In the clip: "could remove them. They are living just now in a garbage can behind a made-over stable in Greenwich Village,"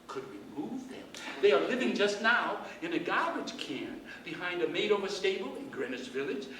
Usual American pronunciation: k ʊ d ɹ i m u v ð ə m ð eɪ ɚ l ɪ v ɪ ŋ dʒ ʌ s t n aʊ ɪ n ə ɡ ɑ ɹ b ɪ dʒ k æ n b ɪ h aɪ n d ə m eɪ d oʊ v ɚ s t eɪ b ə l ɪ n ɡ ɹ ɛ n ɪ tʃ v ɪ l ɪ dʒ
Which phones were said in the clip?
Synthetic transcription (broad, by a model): k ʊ d w i m u v ð ə m ð eɪ ɚ l ɪ v ɪ ŋ dʒ ʌ s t n aʊ ɪ n ə ɡ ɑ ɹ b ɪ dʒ k æ n b ɪ h aɪ n d ə m eɪ d oʊ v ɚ s t eɪ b l ɪ n ɡ ɹ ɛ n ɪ s v ɪ l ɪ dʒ